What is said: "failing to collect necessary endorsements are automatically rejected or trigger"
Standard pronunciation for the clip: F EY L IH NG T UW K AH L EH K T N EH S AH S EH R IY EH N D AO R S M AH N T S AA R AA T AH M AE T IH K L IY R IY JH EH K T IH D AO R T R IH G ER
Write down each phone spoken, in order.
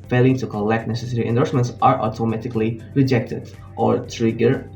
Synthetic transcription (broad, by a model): F EY L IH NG T UW K AH L EH K T N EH S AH S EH R IY EH N D AO R S M AH N T S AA R AA T AH M AE T IH K L IY R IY JH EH K T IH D AO R T R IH G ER